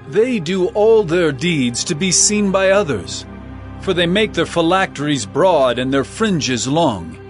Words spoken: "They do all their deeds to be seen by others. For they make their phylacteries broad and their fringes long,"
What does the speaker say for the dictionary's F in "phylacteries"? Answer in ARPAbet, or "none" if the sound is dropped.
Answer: F